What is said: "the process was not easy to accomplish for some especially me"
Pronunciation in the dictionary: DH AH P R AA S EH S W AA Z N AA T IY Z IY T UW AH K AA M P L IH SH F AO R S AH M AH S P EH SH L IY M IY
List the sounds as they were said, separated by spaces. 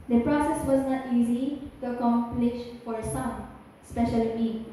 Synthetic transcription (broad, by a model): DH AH P R AA S EH S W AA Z N AA T IY Z IY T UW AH K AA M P L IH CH F AO R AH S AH S P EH SH IY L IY